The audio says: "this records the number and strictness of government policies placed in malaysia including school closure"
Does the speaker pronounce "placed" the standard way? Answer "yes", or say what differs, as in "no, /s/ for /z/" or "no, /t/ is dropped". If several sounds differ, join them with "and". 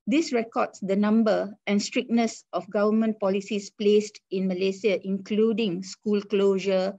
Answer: yes